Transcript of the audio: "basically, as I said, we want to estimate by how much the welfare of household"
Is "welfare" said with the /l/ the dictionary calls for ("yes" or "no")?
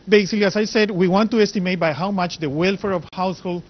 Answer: yes